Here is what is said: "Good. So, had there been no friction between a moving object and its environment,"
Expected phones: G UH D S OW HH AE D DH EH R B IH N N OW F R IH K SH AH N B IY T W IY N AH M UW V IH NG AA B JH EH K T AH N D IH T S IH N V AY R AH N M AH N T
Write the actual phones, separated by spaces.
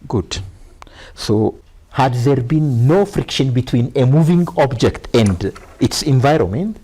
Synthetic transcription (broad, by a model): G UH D S OW HH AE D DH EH R B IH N N OW F R IH K SH AH N B IY T W IY N AH M UW V IH NG AA B JH EH K T AH N D IH T S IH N V AY R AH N M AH N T